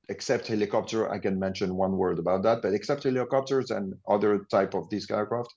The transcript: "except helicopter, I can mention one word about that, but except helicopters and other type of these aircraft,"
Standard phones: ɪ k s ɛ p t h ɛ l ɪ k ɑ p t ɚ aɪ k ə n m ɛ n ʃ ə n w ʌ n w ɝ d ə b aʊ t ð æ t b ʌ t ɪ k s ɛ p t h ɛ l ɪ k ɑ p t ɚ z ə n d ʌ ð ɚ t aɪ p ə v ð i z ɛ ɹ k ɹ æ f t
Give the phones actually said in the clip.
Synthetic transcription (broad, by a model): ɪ k s ɛ p t h ɛ l ɪ k ɑ p t ɚ aɪ k ə n m ɛ n ʃ ə n w ʌ n w ɝ d ə b aʊ t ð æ t b ʌ t ɪ k s ɛ p t h ɛ l ɪ k ɑ p t ɚ z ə n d ʌ ð ɚ t aɪ p ə v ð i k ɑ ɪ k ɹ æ f t